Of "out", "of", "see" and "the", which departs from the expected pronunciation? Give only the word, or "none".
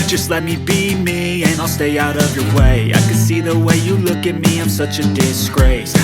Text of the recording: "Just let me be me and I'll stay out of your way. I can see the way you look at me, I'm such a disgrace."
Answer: none